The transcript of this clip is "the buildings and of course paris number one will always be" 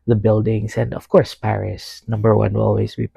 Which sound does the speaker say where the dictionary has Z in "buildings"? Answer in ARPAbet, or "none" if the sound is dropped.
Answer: S